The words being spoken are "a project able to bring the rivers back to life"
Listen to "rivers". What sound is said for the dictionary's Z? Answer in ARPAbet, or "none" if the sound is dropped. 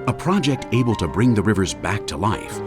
Z